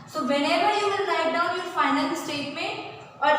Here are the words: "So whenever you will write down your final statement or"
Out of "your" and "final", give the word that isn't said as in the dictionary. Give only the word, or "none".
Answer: final